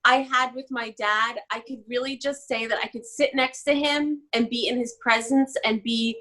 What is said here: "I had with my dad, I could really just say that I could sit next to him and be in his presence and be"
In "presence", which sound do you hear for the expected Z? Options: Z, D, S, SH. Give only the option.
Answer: Z